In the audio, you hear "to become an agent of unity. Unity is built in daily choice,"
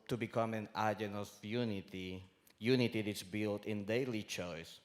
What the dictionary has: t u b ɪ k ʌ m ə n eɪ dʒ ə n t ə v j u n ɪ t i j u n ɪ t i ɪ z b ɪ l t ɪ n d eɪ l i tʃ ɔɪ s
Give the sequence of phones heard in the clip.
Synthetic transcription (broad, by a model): t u b ɪ k ʌ m ə n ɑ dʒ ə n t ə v j u n ɪ t i j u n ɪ t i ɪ s b ɪ l t ɪ n d eɪ l i tʃ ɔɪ s